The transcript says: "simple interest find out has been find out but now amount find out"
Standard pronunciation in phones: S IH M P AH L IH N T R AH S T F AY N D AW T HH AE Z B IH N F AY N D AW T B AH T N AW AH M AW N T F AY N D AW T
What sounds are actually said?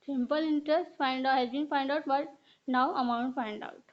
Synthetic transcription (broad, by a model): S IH M P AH L IH N T R AH S T F AY N D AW HH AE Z B IH N F AY N D AW T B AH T N AW AH M AW N T F AY N D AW T